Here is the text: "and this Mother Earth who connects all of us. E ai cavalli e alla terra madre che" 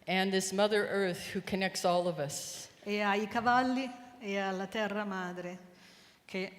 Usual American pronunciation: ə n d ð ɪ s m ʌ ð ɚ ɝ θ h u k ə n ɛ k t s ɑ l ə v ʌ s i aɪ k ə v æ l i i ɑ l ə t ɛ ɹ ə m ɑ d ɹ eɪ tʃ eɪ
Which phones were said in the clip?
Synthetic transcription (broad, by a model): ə n ð ɪ s m ʌ ð ɚ ɝ θ h u k ə n ɛ k t s ɑ l ə v ʌ s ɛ aɪ k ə v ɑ l i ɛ ɑ l ə t ɛ ɹ ə m ɑ d ɹ eɪ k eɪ